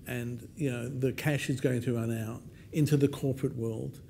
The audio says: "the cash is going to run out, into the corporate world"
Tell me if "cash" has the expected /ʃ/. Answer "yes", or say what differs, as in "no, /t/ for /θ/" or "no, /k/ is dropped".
yes